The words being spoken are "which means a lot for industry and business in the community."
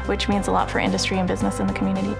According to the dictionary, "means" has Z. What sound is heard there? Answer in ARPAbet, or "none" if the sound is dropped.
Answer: Z